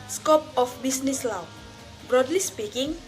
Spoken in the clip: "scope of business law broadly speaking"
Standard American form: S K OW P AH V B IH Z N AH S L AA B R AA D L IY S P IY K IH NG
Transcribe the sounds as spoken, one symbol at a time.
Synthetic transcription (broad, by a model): S K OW P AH F B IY S N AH S L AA B R AA D L IY S P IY K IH NG